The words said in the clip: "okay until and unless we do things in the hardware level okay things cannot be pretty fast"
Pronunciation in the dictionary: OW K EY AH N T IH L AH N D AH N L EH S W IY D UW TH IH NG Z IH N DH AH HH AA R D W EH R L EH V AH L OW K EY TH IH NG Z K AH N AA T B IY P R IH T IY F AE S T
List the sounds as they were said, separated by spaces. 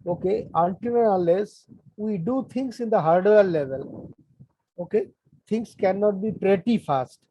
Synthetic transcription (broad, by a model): OW K EY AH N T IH N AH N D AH L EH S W IY D UW T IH NG S IH N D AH HH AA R D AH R L EH V AH L OW K EY T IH NG S K AH N AA T B IY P R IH T IY F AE S T